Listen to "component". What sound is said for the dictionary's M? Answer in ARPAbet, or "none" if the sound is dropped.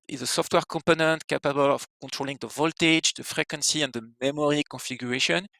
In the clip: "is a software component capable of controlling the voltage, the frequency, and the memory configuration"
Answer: M